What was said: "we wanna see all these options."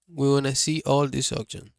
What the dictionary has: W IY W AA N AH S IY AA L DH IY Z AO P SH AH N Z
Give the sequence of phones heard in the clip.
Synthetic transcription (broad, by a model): W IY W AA N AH S IY AA L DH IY S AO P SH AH N